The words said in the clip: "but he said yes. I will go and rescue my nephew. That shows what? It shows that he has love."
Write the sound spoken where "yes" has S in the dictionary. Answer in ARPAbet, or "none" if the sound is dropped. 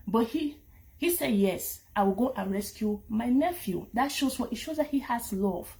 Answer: S